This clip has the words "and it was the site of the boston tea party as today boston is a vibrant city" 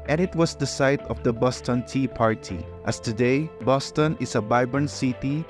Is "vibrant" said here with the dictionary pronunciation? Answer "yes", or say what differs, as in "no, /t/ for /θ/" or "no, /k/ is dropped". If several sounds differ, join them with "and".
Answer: no, /b/ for /v/ and /ɹ/ is dropped